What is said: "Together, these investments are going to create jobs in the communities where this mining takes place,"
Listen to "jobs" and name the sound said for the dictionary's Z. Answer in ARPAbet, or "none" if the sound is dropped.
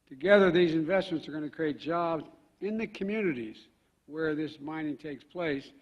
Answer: Z